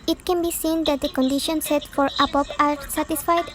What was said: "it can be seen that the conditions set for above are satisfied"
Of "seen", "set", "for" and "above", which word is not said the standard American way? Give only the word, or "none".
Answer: above